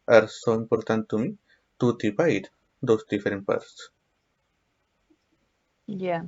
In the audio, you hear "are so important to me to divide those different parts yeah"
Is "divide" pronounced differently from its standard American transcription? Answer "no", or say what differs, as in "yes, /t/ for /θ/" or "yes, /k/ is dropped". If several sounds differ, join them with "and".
yes, /p/ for /v/